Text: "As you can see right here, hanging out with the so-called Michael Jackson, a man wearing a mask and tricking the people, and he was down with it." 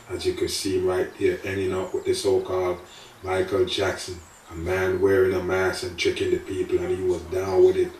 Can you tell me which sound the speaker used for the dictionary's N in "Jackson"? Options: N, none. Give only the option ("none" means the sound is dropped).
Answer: N